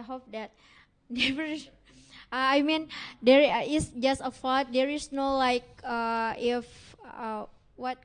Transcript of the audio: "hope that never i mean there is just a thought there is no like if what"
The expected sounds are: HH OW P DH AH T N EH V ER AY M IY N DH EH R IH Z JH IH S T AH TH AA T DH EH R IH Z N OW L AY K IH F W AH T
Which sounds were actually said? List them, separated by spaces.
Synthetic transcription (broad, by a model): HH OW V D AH T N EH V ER AY M IY N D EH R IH S JH IH S T AH F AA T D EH R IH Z N OW L AY K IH F W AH T